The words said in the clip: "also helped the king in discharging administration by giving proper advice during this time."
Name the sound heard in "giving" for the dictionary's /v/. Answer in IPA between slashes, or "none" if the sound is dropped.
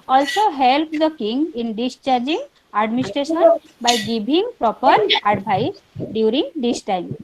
/b/